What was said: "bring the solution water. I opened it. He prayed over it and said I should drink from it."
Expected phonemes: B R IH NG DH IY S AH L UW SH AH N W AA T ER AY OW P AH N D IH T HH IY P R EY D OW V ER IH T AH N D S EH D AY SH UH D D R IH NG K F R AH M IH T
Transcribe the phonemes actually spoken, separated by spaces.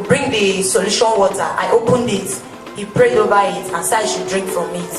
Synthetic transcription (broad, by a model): B R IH NG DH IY S AH L UW SH AH N W AA T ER AY OW P AH N D IH T HH IY P R EY D OW V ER IH T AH N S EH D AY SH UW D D R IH NG K F R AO M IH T